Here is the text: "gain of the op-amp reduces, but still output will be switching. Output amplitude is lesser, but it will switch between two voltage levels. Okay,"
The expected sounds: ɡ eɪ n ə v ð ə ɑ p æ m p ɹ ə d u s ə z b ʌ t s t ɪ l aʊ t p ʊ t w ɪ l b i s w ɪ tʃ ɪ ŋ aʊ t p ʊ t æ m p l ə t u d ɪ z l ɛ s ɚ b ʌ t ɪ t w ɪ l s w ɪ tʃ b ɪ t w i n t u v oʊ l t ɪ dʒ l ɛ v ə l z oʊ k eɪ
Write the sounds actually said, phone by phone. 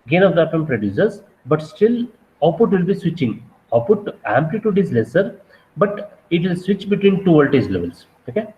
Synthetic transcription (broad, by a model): ɡ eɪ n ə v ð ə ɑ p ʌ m p ɹ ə d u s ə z b ʌ t s t ɪ l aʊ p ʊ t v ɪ l b i s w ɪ tʃ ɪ ŋ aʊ p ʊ t æ m p l ə t u d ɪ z l ɛ s ɚ b ʌ t ɪ t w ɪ l s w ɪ tʃ b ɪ t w i n t u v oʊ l t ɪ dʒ l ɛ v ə l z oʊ k eɪ